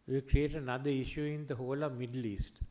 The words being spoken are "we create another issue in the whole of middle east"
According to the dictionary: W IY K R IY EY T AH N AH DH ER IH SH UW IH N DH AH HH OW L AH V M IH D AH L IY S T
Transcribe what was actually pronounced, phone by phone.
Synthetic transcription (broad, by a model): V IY K R IY EY T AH N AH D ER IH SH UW IH N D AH HH OW L AH V M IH D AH L IY S T